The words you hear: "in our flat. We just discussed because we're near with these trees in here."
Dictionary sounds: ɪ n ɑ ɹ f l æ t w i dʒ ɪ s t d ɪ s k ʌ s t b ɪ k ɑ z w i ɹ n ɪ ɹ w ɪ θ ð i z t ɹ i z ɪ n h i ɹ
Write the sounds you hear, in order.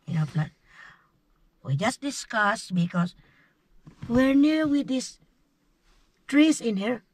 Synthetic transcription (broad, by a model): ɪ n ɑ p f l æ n w i dʒ ɪ s t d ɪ s k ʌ s b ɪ k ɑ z w i ɹ n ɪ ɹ w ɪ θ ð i s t ɹ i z ɪ n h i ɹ